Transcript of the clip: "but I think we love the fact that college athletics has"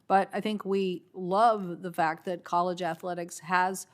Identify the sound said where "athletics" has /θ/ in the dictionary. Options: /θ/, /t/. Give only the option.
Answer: /θ/